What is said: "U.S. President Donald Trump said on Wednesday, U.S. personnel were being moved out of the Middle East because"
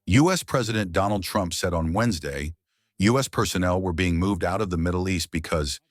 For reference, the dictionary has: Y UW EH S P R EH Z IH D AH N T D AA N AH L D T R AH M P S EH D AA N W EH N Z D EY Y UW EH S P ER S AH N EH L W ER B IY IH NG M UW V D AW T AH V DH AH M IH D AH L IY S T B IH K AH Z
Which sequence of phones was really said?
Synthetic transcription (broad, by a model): Y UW EH S P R EH Z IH D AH N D AA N L D T R AH M P S EH D N W EH N Z D EY Y UW EH S P ER S AH N EH L W ER B IY IH NG M UW V D AW T AH V DH AH M IH D L IY S T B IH K AH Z